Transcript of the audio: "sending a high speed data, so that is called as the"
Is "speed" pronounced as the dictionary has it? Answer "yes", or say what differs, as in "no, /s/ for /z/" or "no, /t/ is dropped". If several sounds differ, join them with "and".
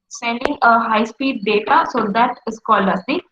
yes